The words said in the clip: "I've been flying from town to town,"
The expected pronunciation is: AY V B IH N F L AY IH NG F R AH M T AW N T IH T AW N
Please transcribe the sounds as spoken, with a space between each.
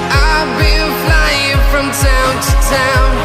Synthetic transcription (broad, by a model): AY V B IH L F L AY IH NG F R AH M T AW N T IH T AW N